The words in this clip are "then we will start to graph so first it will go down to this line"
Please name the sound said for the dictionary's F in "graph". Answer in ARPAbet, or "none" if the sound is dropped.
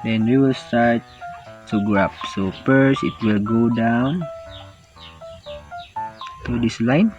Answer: P